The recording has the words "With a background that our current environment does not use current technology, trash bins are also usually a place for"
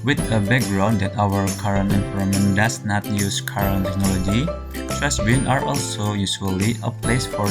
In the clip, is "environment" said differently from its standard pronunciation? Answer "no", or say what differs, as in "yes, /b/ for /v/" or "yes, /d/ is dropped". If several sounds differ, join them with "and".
yes, /f/ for /v/